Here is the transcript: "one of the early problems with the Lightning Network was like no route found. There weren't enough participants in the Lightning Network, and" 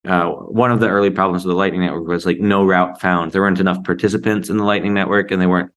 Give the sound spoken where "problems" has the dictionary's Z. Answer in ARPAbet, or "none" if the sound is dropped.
Z